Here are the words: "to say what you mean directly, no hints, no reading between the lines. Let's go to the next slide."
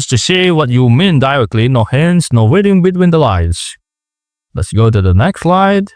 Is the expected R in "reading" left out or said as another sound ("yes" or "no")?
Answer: yes